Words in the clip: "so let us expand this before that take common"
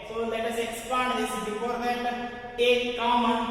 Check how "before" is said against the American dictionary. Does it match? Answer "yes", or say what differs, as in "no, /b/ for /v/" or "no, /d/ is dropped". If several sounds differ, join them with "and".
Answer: no, /p/ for /f/